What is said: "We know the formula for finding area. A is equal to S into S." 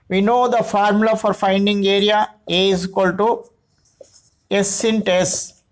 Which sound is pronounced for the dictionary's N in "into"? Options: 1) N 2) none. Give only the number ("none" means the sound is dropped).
1